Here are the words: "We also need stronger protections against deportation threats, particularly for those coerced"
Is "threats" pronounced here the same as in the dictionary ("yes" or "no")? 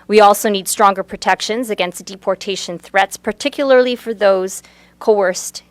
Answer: yes